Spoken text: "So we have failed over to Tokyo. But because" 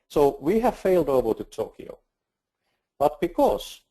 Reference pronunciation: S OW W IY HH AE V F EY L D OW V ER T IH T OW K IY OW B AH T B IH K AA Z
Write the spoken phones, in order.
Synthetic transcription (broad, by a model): S OW W IY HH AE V F EY L D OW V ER T IH T OW K IY OW B AH T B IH K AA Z